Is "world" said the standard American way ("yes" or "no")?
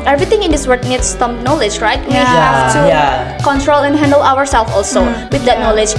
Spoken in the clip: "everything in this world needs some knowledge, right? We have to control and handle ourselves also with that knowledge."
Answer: no